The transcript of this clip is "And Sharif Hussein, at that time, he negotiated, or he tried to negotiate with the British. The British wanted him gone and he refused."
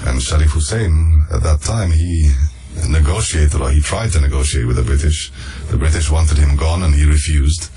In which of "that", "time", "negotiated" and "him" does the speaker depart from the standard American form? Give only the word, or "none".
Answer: none